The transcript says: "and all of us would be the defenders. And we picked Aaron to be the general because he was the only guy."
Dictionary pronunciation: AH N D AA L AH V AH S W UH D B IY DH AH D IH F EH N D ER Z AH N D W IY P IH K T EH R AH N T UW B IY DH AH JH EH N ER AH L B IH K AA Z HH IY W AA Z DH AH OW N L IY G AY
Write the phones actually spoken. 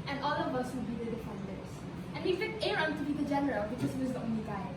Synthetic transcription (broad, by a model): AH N AA L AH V AH S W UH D B IY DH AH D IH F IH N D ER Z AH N W IY F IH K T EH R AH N T UW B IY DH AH JH EH N ER AH L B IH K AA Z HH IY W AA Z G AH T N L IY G AY